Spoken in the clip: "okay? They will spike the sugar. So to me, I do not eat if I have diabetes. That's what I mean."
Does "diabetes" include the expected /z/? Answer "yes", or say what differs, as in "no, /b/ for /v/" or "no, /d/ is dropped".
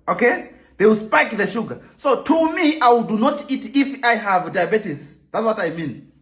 no, /s/ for /z/